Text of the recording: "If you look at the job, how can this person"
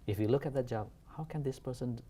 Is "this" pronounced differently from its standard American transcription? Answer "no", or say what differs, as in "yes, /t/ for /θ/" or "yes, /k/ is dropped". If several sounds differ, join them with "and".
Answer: no